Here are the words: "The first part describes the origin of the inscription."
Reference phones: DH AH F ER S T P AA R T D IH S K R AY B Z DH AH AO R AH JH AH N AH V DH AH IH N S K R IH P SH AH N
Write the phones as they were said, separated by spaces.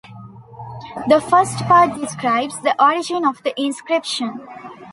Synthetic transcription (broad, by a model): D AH F ER S T P AA R T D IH S K R AY B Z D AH AO R AH JH AH N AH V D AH IH N S K R IH P SH AH N